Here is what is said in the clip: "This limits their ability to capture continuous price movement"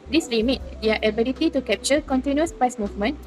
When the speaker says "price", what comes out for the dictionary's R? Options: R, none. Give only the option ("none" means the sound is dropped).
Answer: none